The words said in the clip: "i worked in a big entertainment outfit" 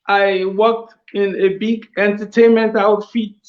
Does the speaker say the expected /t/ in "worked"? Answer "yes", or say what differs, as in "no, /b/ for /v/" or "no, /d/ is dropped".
yes